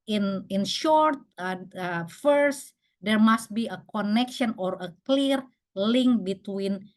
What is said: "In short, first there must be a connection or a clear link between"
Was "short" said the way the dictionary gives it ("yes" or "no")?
yes